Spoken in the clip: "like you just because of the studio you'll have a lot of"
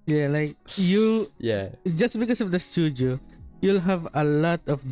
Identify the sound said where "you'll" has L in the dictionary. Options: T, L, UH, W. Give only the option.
L